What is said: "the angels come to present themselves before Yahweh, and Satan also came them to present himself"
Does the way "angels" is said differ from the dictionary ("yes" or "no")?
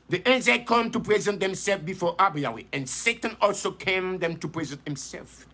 yes